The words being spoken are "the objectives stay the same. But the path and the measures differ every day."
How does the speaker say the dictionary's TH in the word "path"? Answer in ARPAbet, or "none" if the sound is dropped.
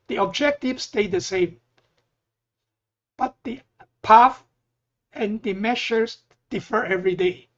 F